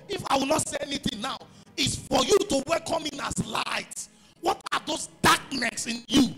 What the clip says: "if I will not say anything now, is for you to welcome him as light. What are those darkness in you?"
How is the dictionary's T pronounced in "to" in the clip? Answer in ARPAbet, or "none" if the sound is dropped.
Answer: T